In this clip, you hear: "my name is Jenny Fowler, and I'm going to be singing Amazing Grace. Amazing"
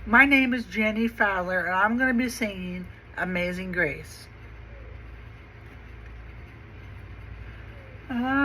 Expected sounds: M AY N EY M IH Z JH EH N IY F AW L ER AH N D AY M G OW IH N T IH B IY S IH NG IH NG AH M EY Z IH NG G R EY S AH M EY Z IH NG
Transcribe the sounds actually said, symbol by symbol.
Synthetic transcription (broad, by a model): M AY N EY M IH Z JH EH N IY F AW L ER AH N AY M G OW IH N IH B IY S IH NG IH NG AH M EY Z IH NG G R EY AH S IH